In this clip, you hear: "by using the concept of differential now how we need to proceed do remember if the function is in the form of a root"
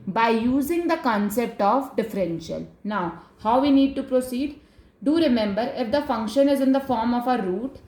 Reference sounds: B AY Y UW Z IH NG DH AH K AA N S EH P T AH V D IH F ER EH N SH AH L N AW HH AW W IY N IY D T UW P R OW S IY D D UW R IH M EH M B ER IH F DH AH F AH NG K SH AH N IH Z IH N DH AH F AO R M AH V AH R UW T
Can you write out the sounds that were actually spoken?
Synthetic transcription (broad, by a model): B AY Y UW Z IH NG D AH K AA N S EH P T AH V D IH F ER EH N SH AH L N AW HH AW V IY N IY D T UW P R OW S IY D D UW R IH M EH M B ER IH F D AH F AH NG K SH AH N IH Z IH N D AH F AO R M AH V AH R UW T